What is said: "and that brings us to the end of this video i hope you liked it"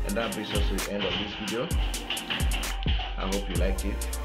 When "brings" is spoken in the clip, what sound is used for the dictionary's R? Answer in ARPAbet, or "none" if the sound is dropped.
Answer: none